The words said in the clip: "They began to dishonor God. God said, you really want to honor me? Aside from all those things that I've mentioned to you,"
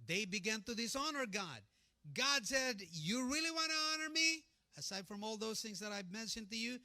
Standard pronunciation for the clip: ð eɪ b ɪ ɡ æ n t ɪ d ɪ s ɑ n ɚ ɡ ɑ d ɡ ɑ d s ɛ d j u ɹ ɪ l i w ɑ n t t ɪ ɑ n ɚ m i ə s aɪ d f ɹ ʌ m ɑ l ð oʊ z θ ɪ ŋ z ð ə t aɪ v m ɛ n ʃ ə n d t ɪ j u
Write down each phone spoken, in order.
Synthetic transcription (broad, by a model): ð eɪ b ɪ ɡ æ n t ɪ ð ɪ s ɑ n ɚ ɡ ɑ d ɡ ɑ d s ɛ d j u ɹ ɪ l i w ɑ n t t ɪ ɑ n ɚ m i ə s aɪ d f ɹ ʌ m ɑ l ð oʊ z θ ɪ ŋ z ð ə t aɪ v m ɛ n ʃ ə n t ɪ j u